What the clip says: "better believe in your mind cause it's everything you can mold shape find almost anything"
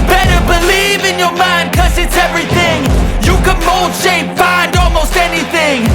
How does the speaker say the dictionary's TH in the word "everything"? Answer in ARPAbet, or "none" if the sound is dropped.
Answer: TH